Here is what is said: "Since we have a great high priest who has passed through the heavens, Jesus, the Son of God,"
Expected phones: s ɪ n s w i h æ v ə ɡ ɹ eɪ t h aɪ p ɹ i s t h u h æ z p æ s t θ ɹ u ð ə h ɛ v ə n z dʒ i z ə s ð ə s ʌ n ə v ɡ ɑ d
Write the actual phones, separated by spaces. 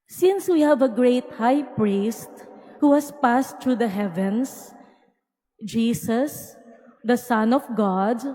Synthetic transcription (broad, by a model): s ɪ n s w i h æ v ə ɡ ɹ eɪ t h aɪ p ɹ i s t h u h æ s p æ s t ɹ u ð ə h ɛ v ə n s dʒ i s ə s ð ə s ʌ n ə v ɡ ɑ d